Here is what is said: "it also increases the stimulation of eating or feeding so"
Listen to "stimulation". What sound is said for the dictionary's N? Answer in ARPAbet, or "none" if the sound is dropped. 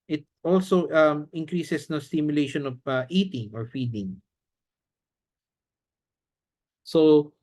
N